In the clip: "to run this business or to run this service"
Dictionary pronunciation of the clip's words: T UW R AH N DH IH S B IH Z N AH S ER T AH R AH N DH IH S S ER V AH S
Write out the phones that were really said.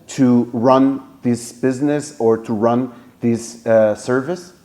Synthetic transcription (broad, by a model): T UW R AH N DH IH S B IH Z N AH S ER T AH R AH N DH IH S S ER V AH S